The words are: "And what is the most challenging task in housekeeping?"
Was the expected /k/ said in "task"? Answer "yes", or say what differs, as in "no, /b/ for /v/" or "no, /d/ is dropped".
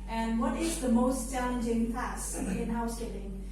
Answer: no, /k/ is dropped